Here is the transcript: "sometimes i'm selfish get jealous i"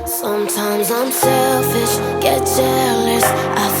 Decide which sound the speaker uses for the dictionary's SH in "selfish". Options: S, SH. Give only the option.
S